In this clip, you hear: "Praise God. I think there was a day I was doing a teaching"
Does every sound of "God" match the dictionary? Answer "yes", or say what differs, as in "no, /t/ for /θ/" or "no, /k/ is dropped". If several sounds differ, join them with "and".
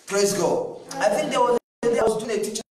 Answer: no, /d/ is dropped